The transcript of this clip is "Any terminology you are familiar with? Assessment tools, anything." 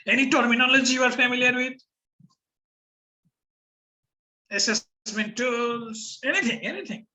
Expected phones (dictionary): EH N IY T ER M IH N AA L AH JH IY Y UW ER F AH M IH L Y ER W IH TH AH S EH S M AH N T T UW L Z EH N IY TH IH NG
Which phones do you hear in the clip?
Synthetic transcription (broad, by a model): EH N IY T ER M IH N AA L AH JH IY Y UW ER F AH M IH L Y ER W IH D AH S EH S M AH N T S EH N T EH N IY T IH NG